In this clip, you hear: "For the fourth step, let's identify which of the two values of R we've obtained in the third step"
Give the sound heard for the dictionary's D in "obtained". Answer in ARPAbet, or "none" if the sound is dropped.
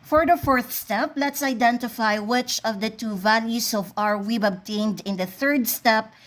D